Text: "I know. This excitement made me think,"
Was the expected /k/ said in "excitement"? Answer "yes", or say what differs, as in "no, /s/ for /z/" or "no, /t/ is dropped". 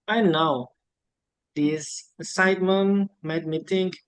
no, /k/ is dropped